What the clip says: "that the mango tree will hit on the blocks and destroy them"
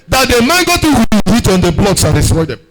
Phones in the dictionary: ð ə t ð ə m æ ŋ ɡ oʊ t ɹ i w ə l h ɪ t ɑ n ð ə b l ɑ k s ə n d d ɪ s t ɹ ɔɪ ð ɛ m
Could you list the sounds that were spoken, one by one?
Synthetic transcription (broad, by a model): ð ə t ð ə m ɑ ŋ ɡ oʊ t i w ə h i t ɑ n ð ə b l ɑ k s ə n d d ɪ s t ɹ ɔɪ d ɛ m